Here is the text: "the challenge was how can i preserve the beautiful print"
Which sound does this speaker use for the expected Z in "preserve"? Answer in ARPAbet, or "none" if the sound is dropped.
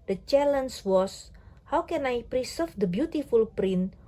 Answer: S